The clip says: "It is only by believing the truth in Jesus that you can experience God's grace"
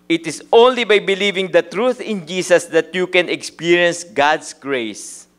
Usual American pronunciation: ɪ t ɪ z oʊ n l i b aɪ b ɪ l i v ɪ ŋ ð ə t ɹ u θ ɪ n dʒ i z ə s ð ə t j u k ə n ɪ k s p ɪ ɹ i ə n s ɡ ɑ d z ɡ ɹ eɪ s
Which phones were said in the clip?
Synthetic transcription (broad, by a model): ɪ t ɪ s oʊ n l i b aɪ b ɪ l i v ɪ ŋ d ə t ɹ u θ ɪ n dʒ i s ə s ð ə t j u k ə n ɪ k s p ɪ ɹ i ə n s ɡ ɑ d s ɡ ɹ eɪ s